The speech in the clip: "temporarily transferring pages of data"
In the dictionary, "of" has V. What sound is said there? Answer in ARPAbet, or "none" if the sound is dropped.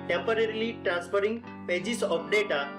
P